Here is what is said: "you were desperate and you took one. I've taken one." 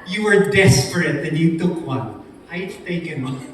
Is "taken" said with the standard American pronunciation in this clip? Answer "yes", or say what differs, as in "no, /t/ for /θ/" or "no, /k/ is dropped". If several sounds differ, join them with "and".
no, /k/ is dropped